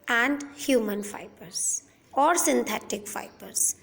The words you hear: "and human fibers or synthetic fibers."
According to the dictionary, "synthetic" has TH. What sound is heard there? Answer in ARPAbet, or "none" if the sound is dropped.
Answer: T